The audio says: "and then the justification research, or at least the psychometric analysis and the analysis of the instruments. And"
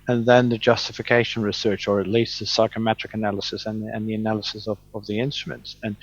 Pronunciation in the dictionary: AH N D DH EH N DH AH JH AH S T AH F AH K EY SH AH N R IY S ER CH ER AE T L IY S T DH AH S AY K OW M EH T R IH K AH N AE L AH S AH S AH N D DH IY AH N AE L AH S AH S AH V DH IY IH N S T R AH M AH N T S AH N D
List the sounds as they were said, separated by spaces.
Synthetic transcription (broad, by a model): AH N DH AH N DH AH JH AH S T AH F AH K EY SH AH N R IY S ER CH ER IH T L IY S T DH AH S AY K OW M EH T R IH K AH N AE L AH S AH S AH N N DH IY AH N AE L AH S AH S AH V DH IY IH N S T R AH M AH N T S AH N